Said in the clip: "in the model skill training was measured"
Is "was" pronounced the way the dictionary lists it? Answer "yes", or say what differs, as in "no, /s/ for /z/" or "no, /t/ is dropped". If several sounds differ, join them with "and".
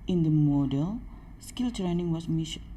no, /s/ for /z/